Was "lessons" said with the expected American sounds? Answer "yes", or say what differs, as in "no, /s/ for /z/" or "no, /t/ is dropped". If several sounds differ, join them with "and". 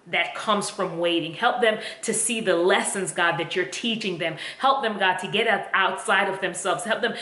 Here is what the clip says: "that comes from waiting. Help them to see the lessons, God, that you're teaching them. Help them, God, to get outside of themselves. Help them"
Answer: yes